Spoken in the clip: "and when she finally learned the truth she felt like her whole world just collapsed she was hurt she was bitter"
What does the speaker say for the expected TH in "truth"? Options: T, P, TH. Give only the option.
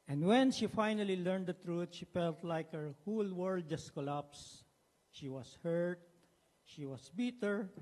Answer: T